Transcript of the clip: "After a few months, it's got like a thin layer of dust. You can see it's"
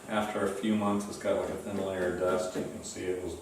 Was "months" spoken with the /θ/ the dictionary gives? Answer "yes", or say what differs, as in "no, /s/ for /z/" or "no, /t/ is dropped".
yes